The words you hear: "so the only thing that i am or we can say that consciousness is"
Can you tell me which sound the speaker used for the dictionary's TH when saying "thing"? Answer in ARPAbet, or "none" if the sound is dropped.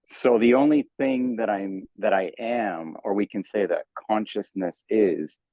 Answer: TH